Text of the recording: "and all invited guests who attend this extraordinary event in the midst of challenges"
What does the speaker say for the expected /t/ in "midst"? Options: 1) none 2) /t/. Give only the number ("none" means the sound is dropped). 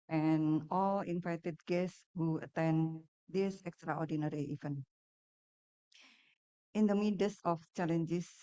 1